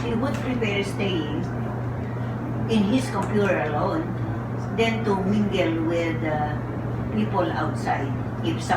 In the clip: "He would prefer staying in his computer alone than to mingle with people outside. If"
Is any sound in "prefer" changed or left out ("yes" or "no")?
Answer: yes